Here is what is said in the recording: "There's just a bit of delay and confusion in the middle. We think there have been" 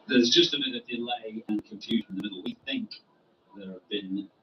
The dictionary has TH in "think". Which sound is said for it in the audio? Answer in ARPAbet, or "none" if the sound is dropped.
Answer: TH